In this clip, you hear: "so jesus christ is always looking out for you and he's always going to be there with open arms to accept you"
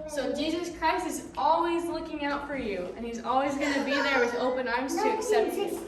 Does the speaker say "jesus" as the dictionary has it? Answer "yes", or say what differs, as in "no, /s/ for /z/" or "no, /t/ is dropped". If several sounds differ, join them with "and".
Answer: yes